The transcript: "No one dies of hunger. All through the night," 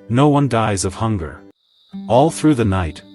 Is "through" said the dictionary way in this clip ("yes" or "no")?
yes